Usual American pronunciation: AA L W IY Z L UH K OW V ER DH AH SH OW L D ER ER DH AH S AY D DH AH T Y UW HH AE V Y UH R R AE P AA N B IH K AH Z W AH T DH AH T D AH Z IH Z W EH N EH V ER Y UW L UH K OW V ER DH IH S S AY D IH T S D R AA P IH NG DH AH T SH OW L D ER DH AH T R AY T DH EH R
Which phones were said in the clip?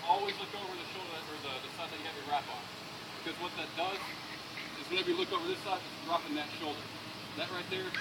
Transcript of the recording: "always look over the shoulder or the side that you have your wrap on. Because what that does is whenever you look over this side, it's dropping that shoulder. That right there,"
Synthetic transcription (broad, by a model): AA L W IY Z L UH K OW V ER DH AH SH OW L D ER ER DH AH S AY D DH AH T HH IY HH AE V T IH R R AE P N B IH K AH Z W AH T DH AH T D AH Z IH Z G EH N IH B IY L UH K OW V ER DH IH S S AY D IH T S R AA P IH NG DH AH T SH OW L D ER DH AH T R AY T DH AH R